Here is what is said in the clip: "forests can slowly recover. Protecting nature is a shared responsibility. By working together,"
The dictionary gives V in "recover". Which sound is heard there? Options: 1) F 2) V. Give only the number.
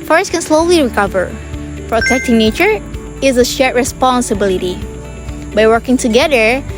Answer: 2